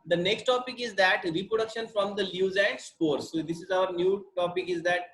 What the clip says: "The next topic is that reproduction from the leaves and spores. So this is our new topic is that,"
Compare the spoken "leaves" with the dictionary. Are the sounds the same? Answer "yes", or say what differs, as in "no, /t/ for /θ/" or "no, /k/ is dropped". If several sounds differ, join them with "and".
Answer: no, /v/ is dropped